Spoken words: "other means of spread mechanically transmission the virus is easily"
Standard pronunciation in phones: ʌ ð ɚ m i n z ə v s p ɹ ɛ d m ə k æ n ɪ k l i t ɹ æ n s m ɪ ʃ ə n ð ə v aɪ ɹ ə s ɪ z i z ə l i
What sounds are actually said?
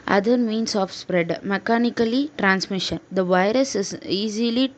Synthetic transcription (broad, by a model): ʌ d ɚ m i n s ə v s p ɹ ɛ d m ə k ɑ n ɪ k l i t ɹ æ n s m ɪ ʃ ə n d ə v aɪ ɹ ə s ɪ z i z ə l i